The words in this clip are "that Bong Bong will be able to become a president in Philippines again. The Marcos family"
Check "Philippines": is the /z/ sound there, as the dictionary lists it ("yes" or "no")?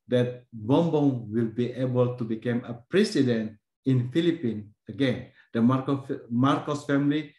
no